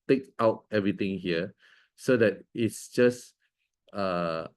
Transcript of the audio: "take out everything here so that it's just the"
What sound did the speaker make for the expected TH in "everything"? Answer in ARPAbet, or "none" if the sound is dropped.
T